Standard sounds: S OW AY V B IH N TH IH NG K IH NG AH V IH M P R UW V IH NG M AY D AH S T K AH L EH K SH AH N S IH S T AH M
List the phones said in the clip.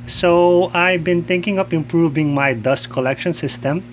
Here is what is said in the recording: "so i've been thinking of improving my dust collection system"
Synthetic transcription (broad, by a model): S OW AY B IH N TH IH NG K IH NG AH P IH M P R UW V IH NG M AY D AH S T K AH L EH K SH AH N S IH S T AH M